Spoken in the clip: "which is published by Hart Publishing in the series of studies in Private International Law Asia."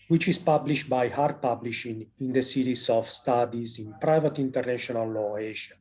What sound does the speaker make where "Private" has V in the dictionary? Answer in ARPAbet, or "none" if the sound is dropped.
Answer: V